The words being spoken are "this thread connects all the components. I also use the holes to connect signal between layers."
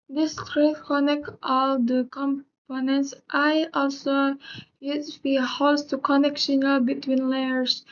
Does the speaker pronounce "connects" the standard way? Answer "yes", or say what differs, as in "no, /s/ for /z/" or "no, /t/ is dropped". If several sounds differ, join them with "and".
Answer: no, /s/ is dropped